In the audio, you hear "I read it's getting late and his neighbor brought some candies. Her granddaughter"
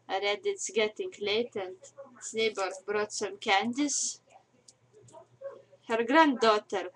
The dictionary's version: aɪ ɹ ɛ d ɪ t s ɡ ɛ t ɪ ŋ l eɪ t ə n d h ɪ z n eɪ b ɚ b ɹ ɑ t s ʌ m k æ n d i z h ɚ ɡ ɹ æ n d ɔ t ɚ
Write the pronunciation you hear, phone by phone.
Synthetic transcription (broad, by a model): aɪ ɹ ɛ d ɪ t s ɡ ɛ t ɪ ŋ l eɪ t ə n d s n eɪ b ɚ b ɹ ɑ t s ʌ m k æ n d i s h ɚ ɡ ɹ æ n d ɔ t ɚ